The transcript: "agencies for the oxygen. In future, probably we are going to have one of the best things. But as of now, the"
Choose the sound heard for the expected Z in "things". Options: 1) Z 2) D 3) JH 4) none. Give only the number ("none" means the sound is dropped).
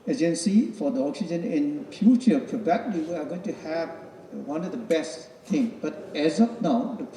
4